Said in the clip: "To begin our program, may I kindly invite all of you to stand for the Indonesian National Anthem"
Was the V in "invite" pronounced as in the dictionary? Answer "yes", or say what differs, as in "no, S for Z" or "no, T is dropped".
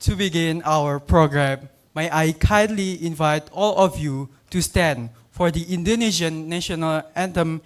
yes